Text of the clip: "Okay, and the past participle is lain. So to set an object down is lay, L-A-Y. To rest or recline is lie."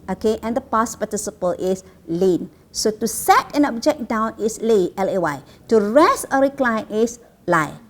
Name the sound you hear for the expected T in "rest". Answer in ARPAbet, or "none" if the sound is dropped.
none